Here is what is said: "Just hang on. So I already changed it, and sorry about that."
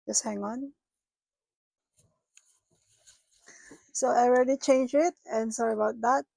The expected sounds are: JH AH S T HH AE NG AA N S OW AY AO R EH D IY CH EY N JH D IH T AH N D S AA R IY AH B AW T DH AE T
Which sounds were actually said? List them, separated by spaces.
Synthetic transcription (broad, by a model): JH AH S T HH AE NG AA N S OW AY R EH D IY CH EY N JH IH T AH N S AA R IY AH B AW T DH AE T